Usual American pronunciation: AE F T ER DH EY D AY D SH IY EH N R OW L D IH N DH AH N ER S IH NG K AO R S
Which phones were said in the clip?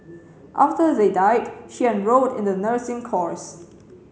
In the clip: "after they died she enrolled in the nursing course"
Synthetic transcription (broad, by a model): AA F T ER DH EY D AY D SH IY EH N R OW D IH N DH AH N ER S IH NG K AO R S